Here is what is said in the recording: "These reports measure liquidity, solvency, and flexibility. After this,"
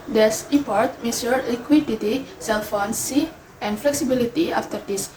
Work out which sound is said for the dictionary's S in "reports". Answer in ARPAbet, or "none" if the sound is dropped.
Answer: none